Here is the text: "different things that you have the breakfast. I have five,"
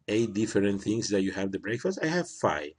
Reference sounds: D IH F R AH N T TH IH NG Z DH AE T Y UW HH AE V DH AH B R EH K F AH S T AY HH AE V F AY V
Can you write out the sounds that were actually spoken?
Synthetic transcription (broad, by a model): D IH F R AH N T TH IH NG S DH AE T Y UW HH AE V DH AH B R EH K F AH S T AY HH AE V F AY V